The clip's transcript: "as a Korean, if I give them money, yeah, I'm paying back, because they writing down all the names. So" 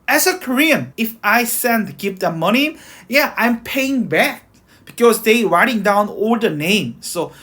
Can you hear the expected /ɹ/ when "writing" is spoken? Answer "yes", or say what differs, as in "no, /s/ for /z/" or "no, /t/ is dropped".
yes